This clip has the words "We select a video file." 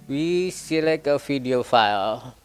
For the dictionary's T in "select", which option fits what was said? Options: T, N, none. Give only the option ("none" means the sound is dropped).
none